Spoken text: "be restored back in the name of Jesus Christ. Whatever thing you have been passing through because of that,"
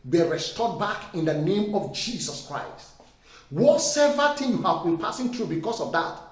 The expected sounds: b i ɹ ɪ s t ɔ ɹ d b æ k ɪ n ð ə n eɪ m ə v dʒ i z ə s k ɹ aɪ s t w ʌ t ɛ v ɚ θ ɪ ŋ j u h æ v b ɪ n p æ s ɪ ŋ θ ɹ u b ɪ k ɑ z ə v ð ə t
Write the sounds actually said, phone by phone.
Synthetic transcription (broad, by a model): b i ɹ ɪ s t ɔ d b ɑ k ɪ n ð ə n eɪ m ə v dʒ i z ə s k ɹ aɪ s t w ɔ s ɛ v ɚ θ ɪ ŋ j u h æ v b ɪ n p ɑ s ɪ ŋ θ ɹ u b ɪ k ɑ s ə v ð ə t